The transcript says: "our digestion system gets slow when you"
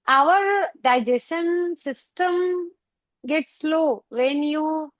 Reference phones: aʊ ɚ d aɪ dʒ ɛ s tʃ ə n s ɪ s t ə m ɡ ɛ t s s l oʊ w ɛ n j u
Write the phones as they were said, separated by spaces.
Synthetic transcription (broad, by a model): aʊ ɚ d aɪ dʒ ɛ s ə n s ɪ s t ə m ɡ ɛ t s s l oʊ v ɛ n j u